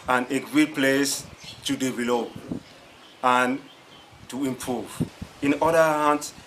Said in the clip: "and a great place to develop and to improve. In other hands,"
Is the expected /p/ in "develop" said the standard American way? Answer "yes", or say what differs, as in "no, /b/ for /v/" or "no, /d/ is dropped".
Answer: no, /p/ is dropped